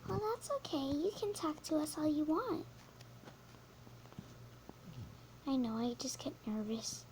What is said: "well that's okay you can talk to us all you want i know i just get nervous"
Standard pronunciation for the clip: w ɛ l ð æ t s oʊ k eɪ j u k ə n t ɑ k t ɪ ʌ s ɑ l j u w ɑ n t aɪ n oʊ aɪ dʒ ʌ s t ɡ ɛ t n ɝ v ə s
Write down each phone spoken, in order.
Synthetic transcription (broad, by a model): w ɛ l ð æ t s oʊ k eɪ j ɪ k ə n t ɑ k t ɪ ʌ s ɑ l j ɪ w ɑ n t aɪ n oʊ aɪ dʒ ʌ s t ɡ ɛ t n ɝ v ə s